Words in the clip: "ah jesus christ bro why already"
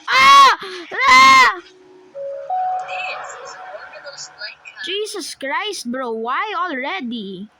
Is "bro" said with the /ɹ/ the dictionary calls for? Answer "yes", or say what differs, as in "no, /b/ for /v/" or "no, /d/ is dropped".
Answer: yes